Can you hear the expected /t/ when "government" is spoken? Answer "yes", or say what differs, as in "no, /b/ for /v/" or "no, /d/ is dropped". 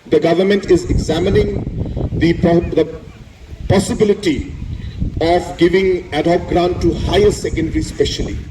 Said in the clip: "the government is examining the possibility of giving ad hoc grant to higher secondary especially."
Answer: yes